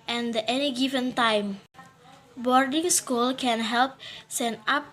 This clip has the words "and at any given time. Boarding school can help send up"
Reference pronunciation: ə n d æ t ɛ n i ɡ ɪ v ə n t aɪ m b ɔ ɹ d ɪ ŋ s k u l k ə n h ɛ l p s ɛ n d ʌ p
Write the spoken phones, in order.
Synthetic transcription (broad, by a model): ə n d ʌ t ɛ n i ɡ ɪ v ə n t aɪ m b ɔ ɹ d ɪ ŋ s k u l k ə n h ɛ l p s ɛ n ɑ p